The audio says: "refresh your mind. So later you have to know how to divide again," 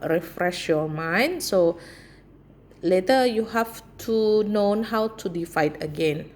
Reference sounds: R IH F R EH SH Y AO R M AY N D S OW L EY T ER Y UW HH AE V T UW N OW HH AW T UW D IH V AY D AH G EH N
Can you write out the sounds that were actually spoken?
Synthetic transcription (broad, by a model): R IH F R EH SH Y AO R M AY N D S OW L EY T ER Y UW HH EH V T UW N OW HH AW T UW D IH F AY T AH G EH N